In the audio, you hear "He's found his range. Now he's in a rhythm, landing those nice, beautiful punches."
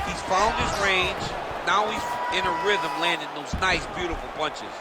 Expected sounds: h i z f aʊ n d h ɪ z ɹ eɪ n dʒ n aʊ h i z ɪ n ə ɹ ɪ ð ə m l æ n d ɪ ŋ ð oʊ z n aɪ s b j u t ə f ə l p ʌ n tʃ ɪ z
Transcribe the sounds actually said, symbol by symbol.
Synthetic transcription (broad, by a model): h i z f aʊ l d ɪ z ɹ eɪ n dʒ n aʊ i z ɪ n ə ɹ ɪ ð ə m l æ n d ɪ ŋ ð oʊ z n aɪ s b j u t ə f l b ʌ n tʃ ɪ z